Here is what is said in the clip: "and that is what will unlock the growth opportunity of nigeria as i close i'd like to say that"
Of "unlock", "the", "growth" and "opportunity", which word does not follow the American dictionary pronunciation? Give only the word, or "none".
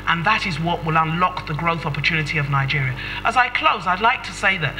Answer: none